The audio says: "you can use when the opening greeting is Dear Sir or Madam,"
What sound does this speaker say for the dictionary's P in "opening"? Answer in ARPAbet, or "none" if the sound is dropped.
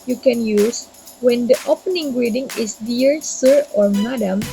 P